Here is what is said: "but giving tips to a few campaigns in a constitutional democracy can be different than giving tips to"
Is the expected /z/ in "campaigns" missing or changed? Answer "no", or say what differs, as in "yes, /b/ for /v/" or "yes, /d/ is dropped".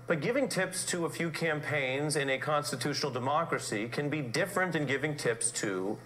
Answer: no